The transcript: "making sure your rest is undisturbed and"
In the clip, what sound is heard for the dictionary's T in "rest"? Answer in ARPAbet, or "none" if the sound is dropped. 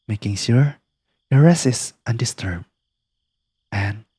none